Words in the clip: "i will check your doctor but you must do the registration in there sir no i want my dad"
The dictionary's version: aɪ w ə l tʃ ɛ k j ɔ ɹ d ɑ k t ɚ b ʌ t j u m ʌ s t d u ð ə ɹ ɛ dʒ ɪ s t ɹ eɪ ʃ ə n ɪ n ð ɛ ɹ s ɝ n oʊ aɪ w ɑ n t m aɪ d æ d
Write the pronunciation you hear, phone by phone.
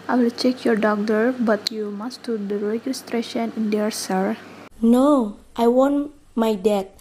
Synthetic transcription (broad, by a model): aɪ w ə l tʃ ɛ k j ɔ ɹ d ɑ k t ɚ b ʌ t j u m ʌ s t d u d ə ɹ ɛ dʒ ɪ s t ɹ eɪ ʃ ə n ɪ n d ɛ ɹ s ɝ n oʊ aɪ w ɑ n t m aɪ d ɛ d